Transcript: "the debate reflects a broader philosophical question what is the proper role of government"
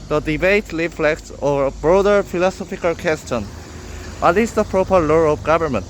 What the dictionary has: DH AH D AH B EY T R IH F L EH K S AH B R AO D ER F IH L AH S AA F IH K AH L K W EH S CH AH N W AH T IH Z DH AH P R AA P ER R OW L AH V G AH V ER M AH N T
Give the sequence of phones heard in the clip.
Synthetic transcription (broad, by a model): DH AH D AH B EY T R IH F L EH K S AH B R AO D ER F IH L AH S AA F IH K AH L K W EH S CH AH N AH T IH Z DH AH P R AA P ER L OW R AH V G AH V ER M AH N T